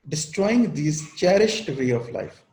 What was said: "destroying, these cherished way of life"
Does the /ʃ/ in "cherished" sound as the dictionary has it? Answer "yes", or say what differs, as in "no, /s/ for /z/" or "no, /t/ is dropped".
yes